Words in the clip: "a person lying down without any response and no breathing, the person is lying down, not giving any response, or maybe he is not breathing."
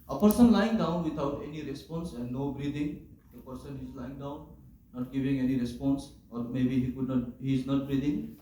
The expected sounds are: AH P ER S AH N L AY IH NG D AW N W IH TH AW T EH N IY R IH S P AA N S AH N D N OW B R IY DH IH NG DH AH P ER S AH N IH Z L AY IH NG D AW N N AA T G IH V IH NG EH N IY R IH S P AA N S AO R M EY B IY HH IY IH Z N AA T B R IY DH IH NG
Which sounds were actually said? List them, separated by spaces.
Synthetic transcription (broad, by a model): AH P ER S AH N L AY IH NG D AW N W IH T AW T EH N IY R IH S P AA N S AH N N OW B R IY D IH NG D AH P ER S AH N IH Z L AY IH NG D AW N N AA T G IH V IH NG EH N IY R IH S P AA N S AO R M EY B IY HH IY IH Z N AA T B R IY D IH NG